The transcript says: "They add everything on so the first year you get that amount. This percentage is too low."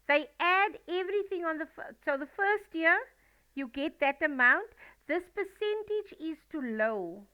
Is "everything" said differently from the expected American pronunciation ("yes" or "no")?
no